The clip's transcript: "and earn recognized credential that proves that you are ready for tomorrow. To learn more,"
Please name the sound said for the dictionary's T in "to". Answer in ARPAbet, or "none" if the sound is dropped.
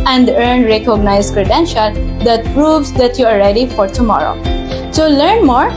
S